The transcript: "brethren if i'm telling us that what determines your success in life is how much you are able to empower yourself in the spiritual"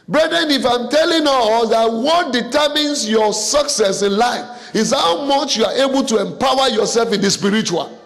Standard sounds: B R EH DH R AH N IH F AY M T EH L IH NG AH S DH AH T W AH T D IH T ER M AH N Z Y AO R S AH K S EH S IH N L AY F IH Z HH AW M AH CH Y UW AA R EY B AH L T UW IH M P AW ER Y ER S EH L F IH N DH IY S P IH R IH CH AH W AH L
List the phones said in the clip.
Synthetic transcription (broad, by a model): B R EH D R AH N IH F AY M T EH L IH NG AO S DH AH T W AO T D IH T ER M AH N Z Y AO S AH K S EH S IH N L AY F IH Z HH AW M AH CH Y UW AA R EY B AH L T UW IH M P AW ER Y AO S EH L F IH N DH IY S P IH R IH CH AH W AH L